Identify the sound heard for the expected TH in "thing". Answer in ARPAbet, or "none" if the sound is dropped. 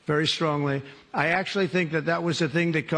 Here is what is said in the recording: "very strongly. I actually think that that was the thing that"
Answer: TH